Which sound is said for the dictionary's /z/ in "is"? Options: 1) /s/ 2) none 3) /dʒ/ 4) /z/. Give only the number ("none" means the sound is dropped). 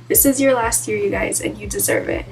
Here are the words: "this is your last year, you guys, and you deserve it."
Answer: 4